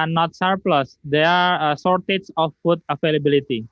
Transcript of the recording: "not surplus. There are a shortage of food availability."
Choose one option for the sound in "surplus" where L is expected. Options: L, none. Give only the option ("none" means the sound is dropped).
L